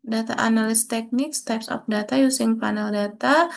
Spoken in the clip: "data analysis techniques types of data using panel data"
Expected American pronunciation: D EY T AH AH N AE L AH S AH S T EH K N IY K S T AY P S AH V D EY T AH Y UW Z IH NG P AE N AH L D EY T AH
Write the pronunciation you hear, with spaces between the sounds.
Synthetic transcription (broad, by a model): D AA T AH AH N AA L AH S S T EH K N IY K S T AY P S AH P D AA T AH Y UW S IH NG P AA N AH L D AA T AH